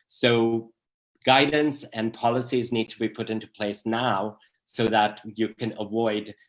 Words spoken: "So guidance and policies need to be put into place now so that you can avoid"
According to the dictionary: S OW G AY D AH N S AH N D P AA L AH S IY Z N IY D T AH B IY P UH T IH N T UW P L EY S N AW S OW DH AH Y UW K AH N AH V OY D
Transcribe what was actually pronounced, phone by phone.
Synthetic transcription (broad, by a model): S OW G AY D N S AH N P AA L AH S IY Z N IY D T AH B IY P UH T IH N T UW P L EY S N AW S OW DH AH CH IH K AH N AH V OY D